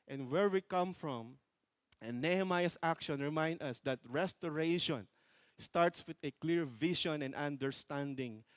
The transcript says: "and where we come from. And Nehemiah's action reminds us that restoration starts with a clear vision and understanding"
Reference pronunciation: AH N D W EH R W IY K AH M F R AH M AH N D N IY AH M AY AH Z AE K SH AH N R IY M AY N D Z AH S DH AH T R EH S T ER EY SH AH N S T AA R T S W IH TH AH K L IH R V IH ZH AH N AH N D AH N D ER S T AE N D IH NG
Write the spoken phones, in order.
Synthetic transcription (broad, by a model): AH N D W EH R W IY K AH M F R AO M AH N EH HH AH M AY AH S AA K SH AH N R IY M AY N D AH S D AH T R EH S T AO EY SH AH N S T AA R T S W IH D AH K L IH R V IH SH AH N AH N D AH N D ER S T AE N D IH NG